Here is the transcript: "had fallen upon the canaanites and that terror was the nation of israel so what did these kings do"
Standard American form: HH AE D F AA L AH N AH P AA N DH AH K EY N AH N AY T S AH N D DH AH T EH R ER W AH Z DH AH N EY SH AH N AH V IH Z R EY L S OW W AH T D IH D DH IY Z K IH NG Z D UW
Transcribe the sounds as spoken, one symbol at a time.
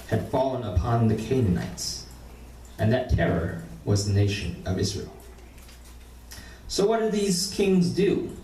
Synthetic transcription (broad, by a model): HH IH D F AA L AH N AH P AA N DH AH K EY N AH N AY T S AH N DH AH T EH R ER W AH Z DH AH N EY SH AH N AH V IH Z R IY L S OW W AH T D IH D DH IY Z K IH NG Z D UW